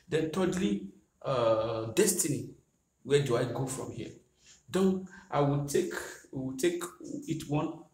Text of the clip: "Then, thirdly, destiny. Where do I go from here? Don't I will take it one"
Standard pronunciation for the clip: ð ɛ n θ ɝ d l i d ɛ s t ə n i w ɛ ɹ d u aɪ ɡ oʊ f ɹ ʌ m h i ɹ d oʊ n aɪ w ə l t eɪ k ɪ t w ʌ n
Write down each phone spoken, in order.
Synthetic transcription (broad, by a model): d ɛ n t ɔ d l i d ɛ s t ə n i w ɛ d u aɪ ɡ oʊ f ɹ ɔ m h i d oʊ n aɪ w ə w t eɪ k ɪ t w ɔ n